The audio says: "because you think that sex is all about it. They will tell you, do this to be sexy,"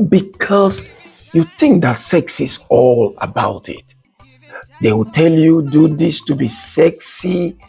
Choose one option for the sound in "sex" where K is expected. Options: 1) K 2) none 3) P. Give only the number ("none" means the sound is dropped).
1